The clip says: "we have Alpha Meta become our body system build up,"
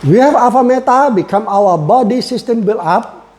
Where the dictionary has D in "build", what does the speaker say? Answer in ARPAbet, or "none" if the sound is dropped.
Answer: none